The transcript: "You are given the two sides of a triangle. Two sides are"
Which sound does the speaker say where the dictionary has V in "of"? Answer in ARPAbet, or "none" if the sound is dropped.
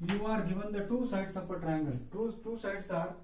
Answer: P